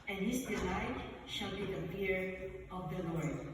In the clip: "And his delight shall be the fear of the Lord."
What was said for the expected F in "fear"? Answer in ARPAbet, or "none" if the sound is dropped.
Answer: P